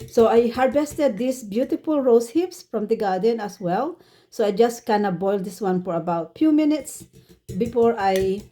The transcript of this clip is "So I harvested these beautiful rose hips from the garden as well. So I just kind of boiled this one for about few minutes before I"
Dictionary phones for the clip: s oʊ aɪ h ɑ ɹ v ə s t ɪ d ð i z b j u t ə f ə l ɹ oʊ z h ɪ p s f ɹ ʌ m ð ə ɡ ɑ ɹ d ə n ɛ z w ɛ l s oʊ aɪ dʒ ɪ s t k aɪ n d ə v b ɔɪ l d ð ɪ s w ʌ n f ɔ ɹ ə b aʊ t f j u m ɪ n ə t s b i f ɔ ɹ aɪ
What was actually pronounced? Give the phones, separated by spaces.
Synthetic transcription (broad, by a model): s oʊ aɪ h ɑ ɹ b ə s t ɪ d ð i s b j u t ə f ə l ɹ oʊ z h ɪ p s f ɹ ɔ m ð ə ɡ ɑ ɹ d ə n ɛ s w ɛ l s oʊ aɪ dʒ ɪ s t k aɪ n d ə b ɔɪ l d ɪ s w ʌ n f ɔ ɹ ə b aʊ t f j u m ɪ n ə t s b i f ɔ ɹ aɪ